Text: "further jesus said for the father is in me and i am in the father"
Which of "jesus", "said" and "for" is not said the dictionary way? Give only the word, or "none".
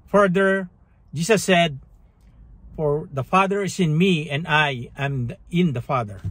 jesus